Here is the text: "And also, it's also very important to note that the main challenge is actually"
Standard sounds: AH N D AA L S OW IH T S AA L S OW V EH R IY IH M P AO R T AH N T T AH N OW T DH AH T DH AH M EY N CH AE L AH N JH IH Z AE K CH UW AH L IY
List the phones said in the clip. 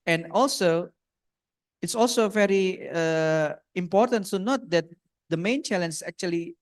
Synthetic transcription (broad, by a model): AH N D AA L S OW IH T S AA L S OW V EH R IY IH M P AO R T AH N T S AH N OW T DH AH T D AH M EY N CH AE L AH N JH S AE K CH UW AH L IY